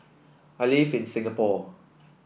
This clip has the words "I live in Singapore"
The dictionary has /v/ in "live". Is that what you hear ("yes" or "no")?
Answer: no